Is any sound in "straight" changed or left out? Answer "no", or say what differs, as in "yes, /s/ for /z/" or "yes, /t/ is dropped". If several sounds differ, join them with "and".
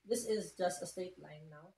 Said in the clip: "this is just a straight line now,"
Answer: yes, /ɹ/ is dropped